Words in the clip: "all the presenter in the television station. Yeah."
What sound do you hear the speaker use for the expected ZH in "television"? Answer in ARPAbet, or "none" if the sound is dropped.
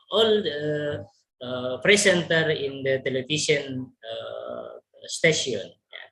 SH